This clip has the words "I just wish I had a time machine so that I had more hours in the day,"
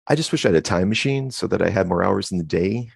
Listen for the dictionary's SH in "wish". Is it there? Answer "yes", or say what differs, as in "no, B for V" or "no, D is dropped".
yes